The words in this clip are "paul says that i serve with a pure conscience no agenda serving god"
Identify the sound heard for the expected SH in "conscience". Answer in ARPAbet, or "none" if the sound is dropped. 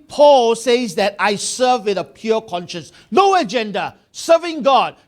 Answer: SH